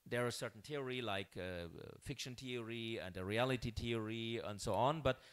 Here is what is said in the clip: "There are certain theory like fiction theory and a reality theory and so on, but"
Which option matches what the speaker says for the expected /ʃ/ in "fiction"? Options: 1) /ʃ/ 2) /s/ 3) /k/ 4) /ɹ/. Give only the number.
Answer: 1